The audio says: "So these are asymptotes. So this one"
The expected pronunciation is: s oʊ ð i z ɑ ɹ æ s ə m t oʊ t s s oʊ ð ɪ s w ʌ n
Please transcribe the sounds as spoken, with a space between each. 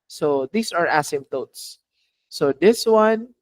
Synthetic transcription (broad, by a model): s oʊ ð i s ɑ ɹ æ s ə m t oʊ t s s oʊ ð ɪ s w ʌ n